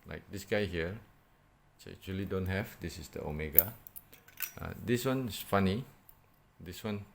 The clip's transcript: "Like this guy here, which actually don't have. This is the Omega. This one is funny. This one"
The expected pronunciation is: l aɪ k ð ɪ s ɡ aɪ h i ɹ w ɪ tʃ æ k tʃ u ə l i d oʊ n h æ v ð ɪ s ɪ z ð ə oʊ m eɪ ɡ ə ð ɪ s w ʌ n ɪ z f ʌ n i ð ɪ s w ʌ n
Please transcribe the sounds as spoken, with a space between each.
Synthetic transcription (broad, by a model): l aɪ k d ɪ s ɡ aɪ h i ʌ s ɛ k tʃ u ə l i d oʊ n h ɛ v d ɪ s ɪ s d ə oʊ m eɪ ɡ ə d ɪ s w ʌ n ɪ s f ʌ n i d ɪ s w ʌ n